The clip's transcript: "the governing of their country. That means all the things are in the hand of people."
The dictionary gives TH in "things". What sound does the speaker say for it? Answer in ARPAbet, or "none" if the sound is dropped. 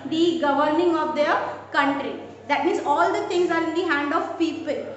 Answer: T